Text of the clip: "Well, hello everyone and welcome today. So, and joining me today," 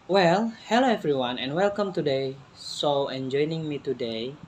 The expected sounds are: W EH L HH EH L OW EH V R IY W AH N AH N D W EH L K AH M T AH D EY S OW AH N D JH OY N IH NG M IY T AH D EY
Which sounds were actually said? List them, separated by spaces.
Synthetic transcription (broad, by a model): W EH L HH EH L OW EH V R IY W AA N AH N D W EH L K AH M T AH D EY S OW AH N JH OY N IH NG M IY T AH D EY